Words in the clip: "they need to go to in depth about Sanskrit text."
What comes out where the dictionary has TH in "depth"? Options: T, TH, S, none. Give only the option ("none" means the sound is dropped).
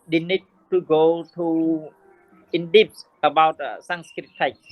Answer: S